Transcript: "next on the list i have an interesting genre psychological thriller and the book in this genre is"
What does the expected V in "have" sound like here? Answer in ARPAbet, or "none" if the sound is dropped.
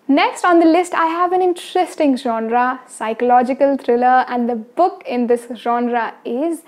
V